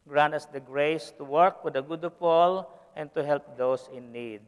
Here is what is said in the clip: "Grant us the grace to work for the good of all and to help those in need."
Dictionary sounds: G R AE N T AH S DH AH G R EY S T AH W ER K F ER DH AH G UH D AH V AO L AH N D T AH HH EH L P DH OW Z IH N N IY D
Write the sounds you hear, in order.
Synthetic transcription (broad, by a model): G R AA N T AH S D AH G R EY S T AH W ER K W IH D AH G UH D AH P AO L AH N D T AH HH EH L P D OW S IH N N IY D